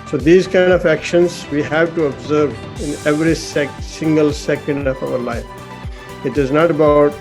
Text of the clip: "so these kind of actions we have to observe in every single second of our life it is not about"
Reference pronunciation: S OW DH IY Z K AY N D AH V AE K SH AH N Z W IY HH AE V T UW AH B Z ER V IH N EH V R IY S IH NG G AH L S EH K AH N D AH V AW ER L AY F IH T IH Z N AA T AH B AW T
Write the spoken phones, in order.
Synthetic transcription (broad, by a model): S OW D IY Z K AY N D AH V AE K SH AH N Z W IY HH AE V T UW AH B Z ER V IH N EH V R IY S IH NG G AH L S EH K AH N D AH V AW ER L AY F IH T IH Z N AA T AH B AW T